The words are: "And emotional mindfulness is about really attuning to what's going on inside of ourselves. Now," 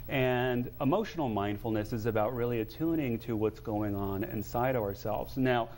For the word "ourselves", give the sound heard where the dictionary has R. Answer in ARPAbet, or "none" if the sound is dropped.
R